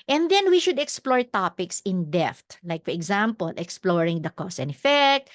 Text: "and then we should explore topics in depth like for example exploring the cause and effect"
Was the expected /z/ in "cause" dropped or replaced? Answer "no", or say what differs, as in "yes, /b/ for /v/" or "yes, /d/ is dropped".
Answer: yes, /s/ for /z/